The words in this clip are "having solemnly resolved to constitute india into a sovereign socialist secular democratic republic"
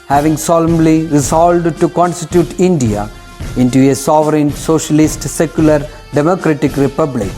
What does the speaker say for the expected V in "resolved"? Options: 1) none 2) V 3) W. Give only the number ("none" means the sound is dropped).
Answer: 1